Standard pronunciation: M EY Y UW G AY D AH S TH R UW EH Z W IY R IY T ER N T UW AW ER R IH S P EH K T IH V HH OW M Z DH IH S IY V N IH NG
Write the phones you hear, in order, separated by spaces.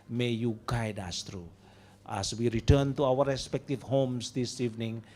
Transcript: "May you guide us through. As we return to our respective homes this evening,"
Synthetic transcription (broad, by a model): M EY Y UW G AY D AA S T R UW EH S W IY R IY T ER N T UW AW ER R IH S P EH K T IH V HH OW M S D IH S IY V N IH NG